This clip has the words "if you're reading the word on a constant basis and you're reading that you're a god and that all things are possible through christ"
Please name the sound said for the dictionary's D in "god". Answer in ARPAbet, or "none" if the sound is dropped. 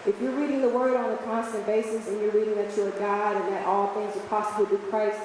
D